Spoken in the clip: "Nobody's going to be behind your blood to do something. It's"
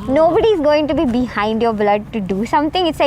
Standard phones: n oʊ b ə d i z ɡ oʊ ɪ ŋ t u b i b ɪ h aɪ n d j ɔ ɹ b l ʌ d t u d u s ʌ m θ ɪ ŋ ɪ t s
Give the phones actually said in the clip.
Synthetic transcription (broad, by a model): n oʊ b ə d i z ɡ oʊ ɪ ŋ t u b i b ɪ h aɪ n d j ɔ ɹ b l ʌ d t u d u s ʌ m t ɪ ŋ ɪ t s